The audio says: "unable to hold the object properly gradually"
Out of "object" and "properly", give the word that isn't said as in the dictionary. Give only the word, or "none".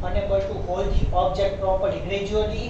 properly